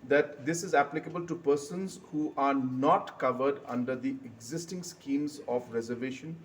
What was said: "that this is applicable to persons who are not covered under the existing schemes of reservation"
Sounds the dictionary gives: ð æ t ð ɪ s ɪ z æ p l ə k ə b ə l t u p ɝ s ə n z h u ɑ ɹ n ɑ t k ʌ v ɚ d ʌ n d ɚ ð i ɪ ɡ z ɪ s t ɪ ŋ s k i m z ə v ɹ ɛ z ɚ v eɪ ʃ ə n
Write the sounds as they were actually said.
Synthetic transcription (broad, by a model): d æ t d ɪ s ɪ z æ p l ə k ə b ə l t u p ɝ s ə n z h u ɑ ɹ n ɑ t k ʌ v ɚ d ʌ n d ɚ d i ɪ ɡ z ɪ s t ɪ ŋ s k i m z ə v ɹ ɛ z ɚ v eɪ ʃ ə n